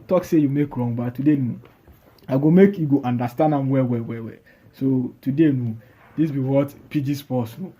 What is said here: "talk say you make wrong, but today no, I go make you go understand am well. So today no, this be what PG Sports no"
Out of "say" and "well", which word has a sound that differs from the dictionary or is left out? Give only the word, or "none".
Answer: well